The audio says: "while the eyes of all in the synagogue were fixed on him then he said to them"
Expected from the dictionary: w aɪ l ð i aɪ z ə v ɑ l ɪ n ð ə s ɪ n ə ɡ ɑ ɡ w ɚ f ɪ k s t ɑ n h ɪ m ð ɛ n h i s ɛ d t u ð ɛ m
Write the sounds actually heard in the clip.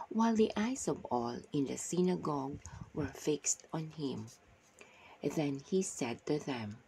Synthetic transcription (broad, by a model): w aɪ l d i aɪ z ə v ɑ l ɪ n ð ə s ɪ n ə ɡ ɑ ɡ w ɚ f ɪ k s t ɑ n h ɪ m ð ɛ n h i s ɛ d t u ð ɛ m